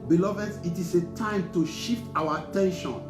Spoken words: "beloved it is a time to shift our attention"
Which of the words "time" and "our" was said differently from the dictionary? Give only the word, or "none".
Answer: our